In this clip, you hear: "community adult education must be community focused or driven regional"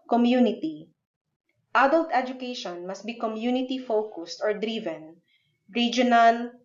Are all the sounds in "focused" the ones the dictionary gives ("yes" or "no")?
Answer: yes